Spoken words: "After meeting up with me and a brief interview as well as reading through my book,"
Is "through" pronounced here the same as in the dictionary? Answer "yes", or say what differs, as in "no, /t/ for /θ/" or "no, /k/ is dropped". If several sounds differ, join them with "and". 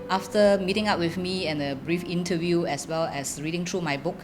no, /t/ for /θ/